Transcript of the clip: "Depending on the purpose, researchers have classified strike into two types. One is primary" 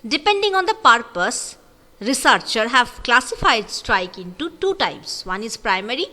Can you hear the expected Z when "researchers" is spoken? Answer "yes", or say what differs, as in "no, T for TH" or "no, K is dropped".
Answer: no, Z is dropped